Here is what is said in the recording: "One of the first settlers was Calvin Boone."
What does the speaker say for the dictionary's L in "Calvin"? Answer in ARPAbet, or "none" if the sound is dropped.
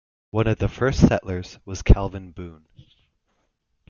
L